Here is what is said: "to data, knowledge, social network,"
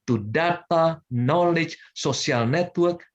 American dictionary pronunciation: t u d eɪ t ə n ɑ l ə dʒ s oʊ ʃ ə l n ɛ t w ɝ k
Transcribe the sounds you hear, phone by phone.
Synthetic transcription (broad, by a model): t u d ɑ t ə n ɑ l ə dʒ s oʊ s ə l n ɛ t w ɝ k